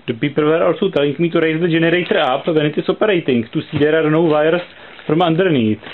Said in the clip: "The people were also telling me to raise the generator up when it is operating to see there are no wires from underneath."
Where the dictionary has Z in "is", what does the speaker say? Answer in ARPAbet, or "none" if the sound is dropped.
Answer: S